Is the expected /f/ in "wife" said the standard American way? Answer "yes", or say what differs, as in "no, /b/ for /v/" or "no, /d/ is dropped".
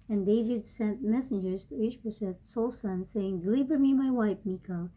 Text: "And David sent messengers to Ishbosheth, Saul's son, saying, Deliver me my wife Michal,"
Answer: no, /p/ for /f/